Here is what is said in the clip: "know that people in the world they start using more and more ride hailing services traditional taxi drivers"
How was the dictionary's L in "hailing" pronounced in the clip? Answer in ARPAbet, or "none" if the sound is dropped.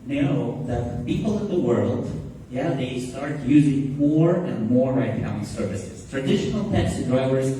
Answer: none